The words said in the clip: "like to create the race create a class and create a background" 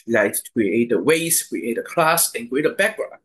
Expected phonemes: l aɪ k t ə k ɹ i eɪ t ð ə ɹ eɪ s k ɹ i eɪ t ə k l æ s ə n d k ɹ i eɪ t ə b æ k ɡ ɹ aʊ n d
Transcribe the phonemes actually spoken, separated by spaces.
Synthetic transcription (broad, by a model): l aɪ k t k ɹ i eɪ t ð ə w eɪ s k ɹ i eɪ t ə k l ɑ s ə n k ɹ i eɪ t ə b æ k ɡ ɹ aʊ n